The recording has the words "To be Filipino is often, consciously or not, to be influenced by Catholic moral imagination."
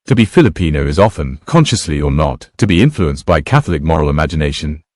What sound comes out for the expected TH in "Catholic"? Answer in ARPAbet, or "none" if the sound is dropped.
TH